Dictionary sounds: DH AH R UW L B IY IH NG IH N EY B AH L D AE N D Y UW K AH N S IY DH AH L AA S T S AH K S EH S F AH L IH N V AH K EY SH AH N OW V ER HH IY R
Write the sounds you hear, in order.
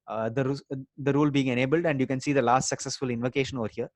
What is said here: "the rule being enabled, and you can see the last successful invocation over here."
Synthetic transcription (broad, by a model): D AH R UW L B IY IH NG IH N EY B AH L D AE N D Y UW K AH N S IY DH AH L AA S T S AH K S EH S F AH L IH N V AH K EY SH AH N OW V ER HH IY R